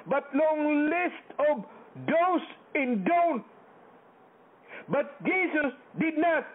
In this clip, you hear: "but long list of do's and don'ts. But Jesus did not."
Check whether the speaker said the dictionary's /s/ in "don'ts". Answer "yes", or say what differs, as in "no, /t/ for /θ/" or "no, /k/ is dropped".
no, /s/ is dropped